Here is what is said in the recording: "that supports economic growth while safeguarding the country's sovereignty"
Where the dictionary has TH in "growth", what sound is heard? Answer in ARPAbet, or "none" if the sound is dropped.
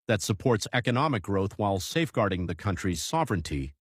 TH